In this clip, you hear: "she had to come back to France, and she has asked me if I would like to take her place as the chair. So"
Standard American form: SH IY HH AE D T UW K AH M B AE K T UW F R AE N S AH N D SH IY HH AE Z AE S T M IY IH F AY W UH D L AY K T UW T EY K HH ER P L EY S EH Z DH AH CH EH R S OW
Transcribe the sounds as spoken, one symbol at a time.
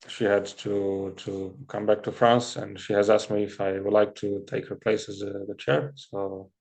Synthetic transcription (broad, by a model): SH IY HH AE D T UW K AH M B AE K T UW F R AE N S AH N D SH IY HH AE Z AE S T M IY IH F AY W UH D L AY K T UW T EY K HH ER P L EY S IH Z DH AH CH EH R S OW